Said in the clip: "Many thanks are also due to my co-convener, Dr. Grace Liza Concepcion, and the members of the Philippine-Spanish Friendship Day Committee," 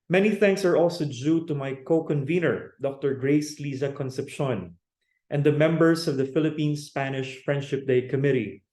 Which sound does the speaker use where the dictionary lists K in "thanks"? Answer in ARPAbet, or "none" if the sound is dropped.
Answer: K